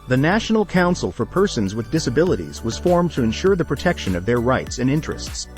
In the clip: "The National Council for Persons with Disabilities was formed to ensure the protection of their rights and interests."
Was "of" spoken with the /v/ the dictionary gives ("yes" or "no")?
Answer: yes